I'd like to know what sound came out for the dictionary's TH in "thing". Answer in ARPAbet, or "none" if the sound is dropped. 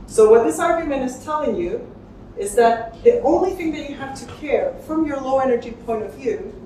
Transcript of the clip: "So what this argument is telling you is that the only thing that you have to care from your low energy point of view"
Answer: TH